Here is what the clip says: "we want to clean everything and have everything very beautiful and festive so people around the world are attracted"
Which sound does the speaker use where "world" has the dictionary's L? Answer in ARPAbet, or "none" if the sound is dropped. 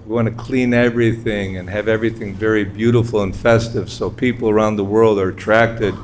L